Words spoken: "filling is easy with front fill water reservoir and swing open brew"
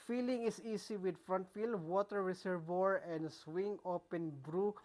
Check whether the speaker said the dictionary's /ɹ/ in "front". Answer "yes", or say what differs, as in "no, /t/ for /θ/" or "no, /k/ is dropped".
yes